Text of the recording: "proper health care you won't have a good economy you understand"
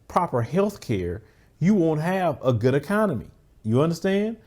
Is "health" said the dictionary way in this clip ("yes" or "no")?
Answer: yes